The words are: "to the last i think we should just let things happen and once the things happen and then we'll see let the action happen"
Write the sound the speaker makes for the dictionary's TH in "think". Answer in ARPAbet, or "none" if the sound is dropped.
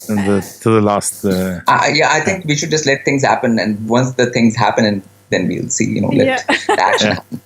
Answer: T